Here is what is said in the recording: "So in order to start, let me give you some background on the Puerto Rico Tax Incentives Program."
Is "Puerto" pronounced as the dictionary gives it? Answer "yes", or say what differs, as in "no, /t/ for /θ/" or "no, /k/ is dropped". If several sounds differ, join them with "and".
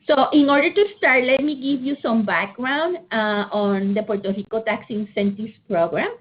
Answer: yes